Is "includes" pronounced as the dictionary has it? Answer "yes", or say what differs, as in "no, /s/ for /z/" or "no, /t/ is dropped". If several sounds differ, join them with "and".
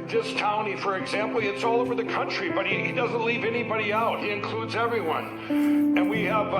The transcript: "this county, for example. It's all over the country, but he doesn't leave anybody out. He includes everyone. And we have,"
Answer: yes